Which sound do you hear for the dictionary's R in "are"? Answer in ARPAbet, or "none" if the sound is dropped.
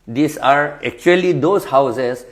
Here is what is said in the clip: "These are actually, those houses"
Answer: R